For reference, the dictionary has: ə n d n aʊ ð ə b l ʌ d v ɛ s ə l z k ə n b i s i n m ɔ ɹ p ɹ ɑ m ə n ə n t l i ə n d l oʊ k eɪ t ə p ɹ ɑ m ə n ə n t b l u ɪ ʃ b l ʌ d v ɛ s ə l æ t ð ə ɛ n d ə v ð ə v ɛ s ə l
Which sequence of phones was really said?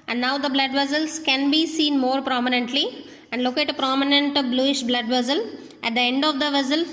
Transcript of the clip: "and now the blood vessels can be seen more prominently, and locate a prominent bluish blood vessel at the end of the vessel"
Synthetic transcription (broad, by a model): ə n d n aʊ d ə b l ʌ d v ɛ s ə l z k ə n b i s i n m ɔ ɹ p ɹ ɑ m ə n ə n t l i ə n d l oʊ k eɪ t ə p ɹ ɑ m ə n ə n t b l u ɪ ʃ b l ʌ d v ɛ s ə l æ t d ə ɛ n d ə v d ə v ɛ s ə l